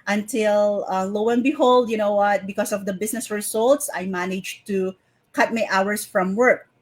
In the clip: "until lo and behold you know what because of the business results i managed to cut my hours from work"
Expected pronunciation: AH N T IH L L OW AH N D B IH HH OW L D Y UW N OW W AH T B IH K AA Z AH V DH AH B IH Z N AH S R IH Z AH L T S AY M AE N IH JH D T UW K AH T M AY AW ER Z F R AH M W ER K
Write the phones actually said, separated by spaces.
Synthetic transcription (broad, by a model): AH N T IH L L OW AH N B IH HH OW L D Y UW N OW W AH T B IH K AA S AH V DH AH B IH S N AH S R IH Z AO L T S AY M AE N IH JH T UW K AH T M AY AW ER S F R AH M W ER K